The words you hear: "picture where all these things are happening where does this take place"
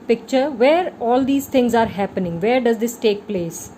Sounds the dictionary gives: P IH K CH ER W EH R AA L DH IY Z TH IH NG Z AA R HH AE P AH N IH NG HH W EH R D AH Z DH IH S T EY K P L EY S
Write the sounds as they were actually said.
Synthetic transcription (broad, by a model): P IH K CH ER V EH R AA L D IY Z T IH NG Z AA R HH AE P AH N IH NG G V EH R D AH Z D IH S T EY K P L EY S